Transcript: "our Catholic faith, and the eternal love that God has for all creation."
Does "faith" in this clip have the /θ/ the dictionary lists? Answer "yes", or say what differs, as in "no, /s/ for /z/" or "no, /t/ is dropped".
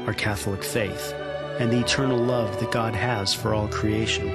yes